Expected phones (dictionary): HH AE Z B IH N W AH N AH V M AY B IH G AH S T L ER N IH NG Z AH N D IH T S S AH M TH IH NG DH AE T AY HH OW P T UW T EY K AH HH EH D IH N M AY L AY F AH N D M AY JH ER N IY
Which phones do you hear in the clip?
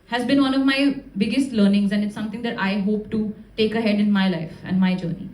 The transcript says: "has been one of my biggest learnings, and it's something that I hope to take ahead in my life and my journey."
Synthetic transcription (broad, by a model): HH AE Z B IH N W AH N AH V M AY B IH G AH S T L ER N IH NG Z AH N D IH T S S AH M T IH NG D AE T AY HH OW P T UW T EY K AH HH EH D IH N M AY L AY F AH N D M AY JH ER N IY